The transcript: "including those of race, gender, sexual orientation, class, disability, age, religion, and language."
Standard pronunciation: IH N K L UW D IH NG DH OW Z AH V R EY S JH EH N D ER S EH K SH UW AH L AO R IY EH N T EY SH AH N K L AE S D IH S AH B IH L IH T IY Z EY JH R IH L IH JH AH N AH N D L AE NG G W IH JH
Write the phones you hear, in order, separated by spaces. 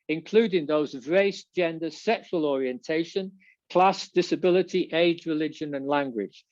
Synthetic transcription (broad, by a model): IH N K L UW D IH NG DH OW Z AH V R EY S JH EH N D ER S EH K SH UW AH L AO R IY EH N T EY SH AH N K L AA S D IH S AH B IH L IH T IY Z EY JH R IH L IH JH AH N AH N L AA NG G W IH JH